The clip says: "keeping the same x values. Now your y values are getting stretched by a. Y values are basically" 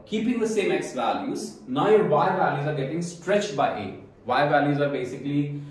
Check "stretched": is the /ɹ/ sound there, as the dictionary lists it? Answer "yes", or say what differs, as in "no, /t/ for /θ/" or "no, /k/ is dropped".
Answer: yes